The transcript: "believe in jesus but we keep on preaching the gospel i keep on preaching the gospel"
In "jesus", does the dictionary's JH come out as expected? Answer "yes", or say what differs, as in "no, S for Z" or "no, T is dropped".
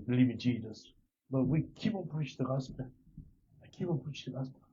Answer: yes